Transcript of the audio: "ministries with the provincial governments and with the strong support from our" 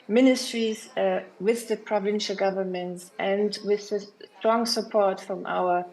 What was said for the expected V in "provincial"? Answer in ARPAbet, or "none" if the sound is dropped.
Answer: V